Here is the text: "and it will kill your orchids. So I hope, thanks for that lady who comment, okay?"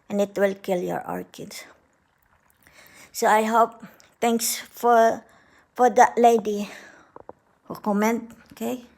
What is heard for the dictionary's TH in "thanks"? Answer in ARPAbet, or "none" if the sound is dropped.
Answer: T